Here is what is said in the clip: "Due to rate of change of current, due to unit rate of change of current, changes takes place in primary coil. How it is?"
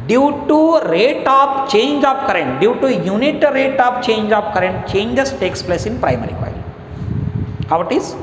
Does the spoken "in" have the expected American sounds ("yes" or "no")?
yes